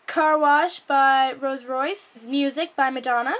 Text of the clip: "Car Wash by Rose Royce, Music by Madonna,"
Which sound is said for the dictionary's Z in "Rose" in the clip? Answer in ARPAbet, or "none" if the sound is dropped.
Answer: Z